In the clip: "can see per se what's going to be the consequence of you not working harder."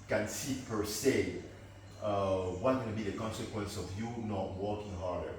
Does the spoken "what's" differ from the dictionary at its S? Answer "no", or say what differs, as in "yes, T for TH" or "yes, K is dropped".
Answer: yes, S is dropped